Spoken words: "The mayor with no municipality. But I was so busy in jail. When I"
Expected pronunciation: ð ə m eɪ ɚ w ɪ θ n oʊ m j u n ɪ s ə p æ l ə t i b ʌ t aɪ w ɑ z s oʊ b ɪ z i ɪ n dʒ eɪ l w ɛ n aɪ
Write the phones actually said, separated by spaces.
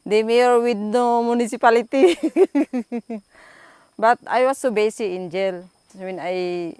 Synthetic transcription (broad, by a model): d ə m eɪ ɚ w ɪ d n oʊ m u n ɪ s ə p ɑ l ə t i b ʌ t aɪ w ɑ s oʊ b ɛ s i ɪ n dʒ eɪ l w ɛ n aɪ